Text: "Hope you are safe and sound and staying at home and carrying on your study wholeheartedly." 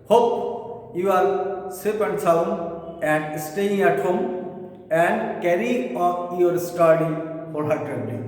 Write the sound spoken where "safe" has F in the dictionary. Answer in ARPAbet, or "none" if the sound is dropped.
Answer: P